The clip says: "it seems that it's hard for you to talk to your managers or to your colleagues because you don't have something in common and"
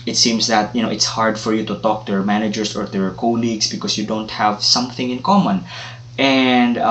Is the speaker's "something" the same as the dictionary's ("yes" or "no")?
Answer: yes